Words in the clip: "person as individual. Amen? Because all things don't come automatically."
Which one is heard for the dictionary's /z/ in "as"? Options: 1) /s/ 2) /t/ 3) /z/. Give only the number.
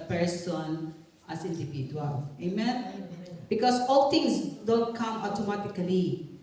1